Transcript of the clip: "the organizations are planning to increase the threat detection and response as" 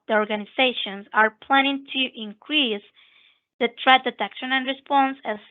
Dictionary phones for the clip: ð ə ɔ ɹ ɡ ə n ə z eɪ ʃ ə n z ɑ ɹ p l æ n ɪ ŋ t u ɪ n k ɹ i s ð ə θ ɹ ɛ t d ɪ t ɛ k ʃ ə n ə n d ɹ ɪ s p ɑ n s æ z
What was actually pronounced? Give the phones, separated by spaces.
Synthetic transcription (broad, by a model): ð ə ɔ ɹ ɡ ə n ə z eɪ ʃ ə n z ɑ ɹ p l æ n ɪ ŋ t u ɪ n k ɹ i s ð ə t ɹ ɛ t d ɪ t ɛ k ʃ ə n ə n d ɹ ɪ s p ɑ n s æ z